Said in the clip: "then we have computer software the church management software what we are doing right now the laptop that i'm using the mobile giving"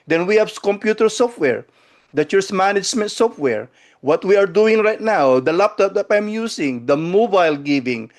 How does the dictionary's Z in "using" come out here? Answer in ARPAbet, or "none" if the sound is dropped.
S